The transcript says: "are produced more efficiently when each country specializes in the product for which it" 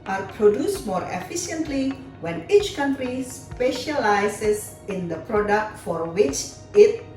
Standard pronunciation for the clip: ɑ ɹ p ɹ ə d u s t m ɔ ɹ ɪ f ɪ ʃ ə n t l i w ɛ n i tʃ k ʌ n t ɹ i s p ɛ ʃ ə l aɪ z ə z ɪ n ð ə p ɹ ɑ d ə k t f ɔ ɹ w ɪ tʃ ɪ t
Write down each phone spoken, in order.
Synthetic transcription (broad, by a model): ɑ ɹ p ɹ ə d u s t m ɔ ɹ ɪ f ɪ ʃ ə n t l i w ɛ n i tʃ k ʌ n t ɹ i s p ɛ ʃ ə l aɪ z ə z ɪ n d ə p ɹ ɑ d ə k t f ɔ ɹ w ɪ tʃ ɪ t